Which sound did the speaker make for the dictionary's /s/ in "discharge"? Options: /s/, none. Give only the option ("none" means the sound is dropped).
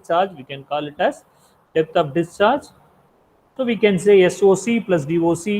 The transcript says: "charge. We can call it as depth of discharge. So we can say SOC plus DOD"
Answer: /s/